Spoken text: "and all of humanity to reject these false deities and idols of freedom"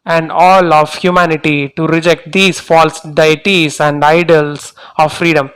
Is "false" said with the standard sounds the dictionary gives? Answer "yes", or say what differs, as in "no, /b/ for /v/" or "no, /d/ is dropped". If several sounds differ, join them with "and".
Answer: yes